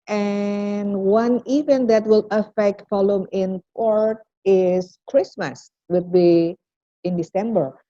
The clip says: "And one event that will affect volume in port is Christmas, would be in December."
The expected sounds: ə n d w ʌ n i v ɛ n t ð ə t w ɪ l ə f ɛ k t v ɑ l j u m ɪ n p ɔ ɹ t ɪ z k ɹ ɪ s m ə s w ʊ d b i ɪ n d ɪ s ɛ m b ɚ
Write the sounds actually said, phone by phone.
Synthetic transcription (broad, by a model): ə n w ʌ n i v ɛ n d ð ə t w ɪ l ə f ɛ k t f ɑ l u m ɪ n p ɔ ɹ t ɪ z k ɹ ɪ s m ə s w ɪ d b i ɪ n d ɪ s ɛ m b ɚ